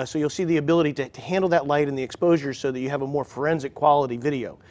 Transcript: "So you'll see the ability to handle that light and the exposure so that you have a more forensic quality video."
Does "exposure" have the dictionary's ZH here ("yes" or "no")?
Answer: yes